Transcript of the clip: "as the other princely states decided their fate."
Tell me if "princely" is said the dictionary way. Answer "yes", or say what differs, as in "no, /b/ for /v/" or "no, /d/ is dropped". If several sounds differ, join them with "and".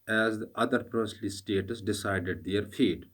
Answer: no, /n/ is dropped